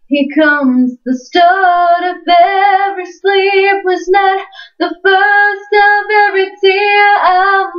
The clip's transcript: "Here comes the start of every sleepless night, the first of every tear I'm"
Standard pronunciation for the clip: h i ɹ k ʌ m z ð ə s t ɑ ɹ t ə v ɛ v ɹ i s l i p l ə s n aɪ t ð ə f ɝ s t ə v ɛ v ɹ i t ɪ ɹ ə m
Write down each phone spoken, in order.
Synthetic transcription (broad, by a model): h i k ʌ m z ð ə s t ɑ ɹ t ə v ɛ v ɹ i s l i p w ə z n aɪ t ð ə f ɝ s t ə v ɛ v ɹ i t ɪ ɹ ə